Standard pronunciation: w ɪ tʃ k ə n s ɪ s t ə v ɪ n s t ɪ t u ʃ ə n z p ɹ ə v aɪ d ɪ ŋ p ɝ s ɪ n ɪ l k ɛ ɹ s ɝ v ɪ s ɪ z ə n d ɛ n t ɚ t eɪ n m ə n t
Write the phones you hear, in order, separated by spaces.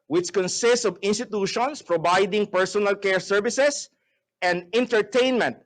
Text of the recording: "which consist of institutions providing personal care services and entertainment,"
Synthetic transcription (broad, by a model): w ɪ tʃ k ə n s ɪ s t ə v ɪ n s t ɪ t u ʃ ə n s p ɹ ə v aɪ d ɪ ŋ p ɝ s ɪ n ɪ l k ɛ ɹ s ɝ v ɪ s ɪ s ə n d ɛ n t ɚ t eɪ n m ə n t